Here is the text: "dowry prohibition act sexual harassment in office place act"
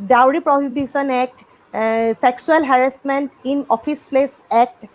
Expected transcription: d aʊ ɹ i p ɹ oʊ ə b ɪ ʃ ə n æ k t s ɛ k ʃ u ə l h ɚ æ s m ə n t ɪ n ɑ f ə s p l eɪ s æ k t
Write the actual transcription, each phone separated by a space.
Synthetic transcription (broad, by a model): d aʊ ɹ i p ɹ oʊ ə b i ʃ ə n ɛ k t s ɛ k s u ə l h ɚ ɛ s m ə n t ɪ n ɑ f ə s p l eɪ s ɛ k t